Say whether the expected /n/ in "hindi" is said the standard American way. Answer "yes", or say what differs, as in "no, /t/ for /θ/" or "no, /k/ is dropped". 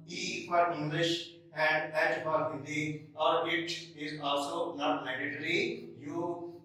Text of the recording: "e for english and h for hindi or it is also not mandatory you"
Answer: no, /n/ is dropped